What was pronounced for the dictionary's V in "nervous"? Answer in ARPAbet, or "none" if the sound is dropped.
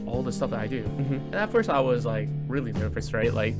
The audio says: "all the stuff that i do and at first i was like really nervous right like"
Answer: F